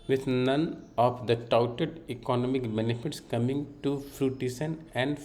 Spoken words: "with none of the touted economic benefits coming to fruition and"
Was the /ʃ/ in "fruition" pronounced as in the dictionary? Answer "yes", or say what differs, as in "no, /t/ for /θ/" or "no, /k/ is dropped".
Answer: no, /s/ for /ʃ/